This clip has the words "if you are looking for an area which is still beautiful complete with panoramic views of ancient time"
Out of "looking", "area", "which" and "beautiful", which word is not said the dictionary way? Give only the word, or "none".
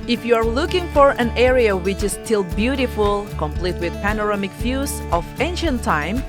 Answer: none